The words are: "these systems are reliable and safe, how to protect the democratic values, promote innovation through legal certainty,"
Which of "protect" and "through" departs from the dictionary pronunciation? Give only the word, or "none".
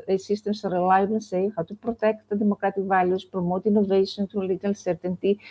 through